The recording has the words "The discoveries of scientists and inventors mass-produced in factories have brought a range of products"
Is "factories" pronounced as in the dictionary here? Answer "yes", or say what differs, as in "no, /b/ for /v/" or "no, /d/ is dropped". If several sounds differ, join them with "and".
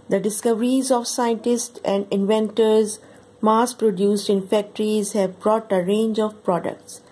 yes